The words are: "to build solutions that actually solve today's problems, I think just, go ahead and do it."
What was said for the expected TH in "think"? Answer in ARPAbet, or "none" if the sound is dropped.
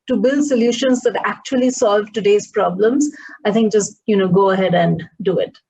T